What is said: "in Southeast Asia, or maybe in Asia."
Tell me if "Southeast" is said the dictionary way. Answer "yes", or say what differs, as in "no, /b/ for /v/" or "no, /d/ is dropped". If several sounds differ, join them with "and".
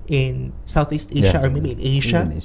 yes